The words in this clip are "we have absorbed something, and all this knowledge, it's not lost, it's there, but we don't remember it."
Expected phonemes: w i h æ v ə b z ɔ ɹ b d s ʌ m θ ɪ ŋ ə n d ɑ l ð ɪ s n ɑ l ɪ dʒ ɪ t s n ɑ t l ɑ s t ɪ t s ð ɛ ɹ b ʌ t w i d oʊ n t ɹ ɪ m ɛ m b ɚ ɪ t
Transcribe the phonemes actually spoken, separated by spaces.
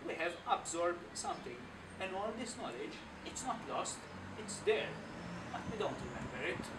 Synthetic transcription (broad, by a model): w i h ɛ v ə b z ɔ ɹ b d s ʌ m t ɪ ŋ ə n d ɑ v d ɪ s n ɑ l ɪ dʒ ɪ t s n ɑ t l ɑ s t ɪ t s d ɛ ɹ b ʌ t w i d oʊ n t ɹ ɪ m ɛ m b ɚ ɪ t